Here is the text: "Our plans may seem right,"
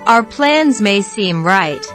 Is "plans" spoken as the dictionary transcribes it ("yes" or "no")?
yes